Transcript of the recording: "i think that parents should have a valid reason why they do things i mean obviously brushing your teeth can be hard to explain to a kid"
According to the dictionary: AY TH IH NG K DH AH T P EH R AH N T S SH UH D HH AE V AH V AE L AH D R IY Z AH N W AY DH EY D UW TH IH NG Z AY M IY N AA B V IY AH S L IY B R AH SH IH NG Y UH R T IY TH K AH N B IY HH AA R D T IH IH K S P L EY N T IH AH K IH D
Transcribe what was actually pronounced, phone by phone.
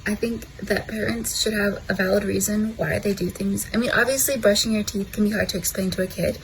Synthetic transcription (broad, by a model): AY TH IH NG K DH AH T P EH R AH N T S SH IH D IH V AH V AE L AH D R IY Z AH N W AY DH EY D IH TH IH NG Z AY M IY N AA B V IY AH S L IY B R AH SH IH NG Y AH R T IY TH K N B IY HH AA R D T IH IH K S P L EY N T IH AH K IH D